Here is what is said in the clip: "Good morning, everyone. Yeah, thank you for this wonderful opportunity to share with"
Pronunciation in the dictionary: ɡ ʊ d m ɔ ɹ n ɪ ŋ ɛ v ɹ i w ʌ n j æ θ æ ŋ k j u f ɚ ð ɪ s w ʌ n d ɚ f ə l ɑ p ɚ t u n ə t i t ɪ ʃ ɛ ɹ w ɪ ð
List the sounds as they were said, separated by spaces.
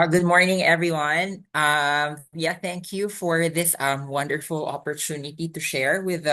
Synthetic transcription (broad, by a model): ɡ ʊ d m ɔ ɹ n ɪ ŋ ɛ v ɹ i w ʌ n j æ θ æ ŋ k j u f ɚ ð ɪ s w ʌ n d ɚ f l ɑ p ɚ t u n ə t i t ɪ ʃ ɛ ɹ w ɪ ð